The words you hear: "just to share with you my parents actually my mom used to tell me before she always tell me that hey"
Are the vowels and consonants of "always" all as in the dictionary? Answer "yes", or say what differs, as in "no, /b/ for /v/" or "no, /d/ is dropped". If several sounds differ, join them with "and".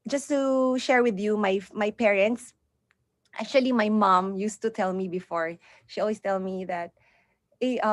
no, /s/ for /z/